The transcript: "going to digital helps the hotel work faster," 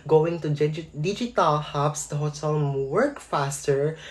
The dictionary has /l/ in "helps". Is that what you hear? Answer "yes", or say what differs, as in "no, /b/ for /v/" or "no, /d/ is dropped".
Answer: no, /l/ is dropped